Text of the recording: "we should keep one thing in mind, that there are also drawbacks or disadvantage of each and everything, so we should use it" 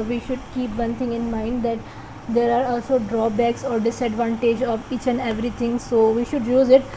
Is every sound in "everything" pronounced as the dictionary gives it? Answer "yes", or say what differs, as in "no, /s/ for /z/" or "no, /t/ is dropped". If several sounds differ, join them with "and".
no, /t/ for /θ/